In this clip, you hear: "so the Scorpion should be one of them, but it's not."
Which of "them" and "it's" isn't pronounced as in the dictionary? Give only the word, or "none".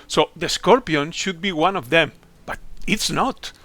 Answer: none